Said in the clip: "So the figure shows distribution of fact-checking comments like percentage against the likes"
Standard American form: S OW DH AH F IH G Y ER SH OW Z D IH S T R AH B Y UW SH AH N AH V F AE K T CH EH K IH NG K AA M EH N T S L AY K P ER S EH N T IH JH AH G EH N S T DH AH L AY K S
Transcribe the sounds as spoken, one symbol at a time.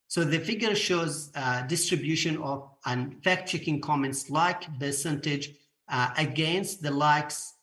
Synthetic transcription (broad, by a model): S OW DH AH F IH G Y ER SH OW Z D IH S T R AH B Y UW SH AH N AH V F AE K T CH EH K IH NG K AA M EH N T S L AY K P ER S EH N T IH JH AH G EH N S T DH AH L AY K S